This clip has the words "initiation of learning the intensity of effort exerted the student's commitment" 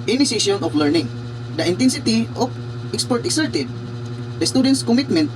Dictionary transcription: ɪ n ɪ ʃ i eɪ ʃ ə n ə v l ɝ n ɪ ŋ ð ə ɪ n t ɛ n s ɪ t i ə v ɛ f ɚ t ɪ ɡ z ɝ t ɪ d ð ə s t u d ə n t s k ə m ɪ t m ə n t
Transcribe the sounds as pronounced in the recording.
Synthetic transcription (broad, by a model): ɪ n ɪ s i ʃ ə n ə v l ɝ n ɪ ŋ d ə ɪ n t ɛ n s ɪ t i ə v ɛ p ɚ t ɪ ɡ s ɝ t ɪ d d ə s t u d ə n t s k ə m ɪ t m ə n t